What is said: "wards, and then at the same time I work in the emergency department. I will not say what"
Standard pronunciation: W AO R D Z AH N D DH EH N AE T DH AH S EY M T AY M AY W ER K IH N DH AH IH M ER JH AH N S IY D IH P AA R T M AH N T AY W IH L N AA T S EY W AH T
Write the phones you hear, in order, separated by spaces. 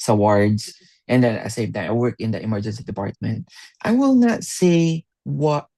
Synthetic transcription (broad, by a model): W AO R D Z AH N D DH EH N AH S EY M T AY AY W ER K IH N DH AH IH M ER JH AH N S IY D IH P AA R T M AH N T AY W IH L N AA T S EY W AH T